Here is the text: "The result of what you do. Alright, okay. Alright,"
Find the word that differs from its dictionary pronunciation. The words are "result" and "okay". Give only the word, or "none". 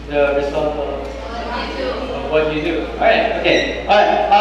result